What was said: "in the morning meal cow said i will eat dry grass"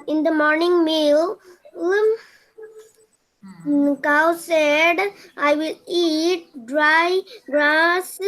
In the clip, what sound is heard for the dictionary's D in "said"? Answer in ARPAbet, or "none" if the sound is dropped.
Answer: D